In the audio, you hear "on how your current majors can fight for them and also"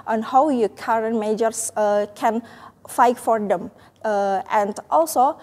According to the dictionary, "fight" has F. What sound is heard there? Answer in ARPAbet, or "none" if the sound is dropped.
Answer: F